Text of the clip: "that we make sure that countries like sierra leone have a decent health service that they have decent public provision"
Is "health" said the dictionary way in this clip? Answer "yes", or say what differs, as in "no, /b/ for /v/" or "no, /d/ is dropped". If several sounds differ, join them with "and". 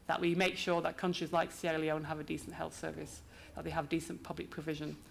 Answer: yes